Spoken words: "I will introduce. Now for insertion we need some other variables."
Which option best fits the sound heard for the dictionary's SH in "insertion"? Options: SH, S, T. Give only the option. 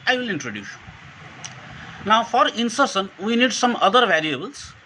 S